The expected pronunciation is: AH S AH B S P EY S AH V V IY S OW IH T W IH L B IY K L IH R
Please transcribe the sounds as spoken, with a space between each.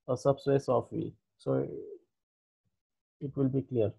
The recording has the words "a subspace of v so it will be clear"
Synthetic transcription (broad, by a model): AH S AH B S EY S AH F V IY S OW IH T W IH L B IY K L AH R